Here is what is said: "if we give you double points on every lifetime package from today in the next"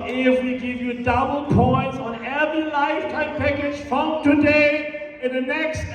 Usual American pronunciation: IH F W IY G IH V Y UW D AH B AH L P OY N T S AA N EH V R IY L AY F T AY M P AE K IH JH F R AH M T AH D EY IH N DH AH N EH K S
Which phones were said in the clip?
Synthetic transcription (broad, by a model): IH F W IY G IH V Y UW D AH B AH L P OY N T S AA N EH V IY L AY F T AY M P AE K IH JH F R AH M T AH D EY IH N DH AH N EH K S